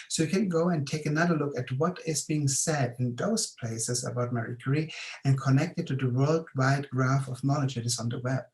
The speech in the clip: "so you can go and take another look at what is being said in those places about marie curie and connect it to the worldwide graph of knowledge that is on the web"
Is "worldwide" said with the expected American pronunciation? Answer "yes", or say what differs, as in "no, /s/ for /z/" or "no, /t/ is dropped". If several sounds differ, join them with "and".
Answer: yes